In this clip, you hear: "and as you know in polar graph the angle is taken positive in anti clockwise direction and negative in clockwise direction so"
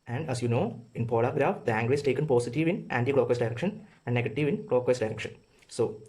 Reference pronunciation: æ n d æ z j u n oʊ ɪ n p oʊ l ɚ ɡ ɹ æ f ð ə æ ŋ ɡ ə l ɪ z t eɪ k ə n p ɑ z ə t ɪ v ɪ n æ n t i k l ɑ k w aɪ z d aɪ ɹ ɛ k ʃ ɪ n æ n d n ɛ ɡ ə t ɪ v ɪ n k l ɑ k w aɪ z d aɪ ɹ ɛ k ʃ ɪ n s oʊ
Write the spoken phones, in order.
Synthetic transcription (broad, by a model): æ n d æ s j u n oʊ ɪ n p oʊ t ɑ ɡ ɹ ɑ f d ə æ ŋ ɡ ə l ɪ s t eɪ k ə n p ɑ s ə t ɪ v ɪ n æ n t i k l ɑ k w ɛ s d aɪ ɹ ɛ k ʃ ɪ n æ n d n ɛ ɡ ə t ɪ v ɪ n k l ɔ k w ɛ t d aɪ ɹ ɛ k ʃ ɪ n s oʊ